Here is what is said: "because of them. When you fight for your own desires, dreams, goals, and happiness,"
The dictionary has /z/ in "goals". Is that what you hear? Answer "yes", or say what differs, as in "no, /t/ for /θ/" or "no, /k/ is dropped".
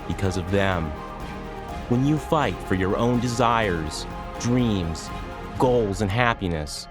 yes